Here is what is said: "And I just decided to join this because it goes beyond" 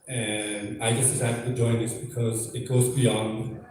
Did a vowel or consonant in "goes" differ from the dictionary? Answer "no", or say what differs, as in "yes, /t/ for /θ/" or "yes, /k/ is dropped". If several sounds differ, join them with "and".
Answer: no